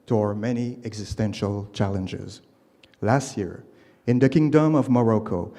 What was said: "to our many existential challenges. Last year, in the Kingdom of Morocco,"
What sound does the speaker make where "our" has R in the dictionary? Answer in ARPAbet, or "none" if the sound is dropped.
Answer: R